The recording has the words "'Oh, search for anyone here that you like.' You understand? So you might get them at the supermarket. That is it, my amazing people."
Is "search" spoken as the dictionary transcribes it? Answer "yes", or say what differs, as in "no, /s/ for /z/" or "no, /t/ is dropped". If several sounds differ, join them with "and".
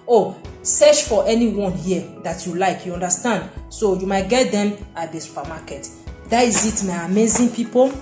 no, /ʃ/ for /tʃ/